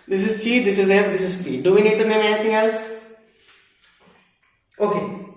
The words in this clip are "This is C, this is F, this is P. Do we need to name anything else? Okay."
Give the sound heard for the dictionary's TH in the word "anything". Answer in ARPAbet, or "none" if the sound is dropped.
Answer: T